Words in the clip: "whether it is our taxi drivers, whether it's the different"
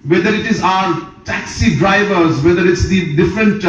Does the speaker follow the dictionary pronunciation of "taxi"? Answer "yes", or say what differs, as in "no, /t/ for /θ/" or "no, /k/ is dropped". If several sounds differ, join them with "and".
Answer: yes